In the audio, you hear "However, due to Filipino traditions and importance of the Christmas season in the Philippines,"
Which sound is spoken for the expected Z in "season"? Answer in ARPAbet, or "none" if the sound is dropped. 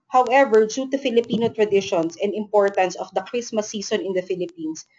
S